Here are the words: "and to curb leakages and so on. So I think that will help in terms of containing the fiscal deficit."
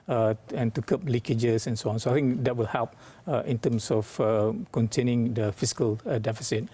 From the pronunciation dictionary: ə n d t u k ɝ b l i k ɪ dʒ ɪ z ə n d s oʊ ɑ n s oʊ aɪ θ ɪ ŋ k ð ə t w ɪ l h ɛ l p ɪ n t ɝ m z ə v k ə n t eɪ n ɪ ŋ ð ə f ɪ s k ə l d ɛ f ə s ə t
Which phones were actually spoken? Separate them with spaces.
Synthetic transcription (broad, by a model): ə n t u k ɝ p l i k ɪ dʒ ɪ s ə n s oʊ ɑ n s oʊ aɪ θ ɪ ŋ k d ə t w ɪ l h ɛ l p ɪ n t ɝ m s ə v k ə n t eɪ n ɪ ŋ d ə f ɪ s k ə l d ɛ f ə s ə t